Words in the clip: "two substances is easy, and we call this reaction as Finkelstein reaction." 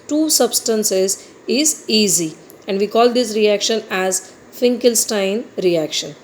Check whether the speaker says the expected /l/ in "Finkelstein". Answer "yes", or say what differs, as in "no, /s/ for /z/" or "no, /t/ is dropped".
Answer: yes